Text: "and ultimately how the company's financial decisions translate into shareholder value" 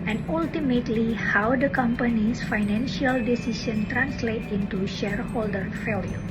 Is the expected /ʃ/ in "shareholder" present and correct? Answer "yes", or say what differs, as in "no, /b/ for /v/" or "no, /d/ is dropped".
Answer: yes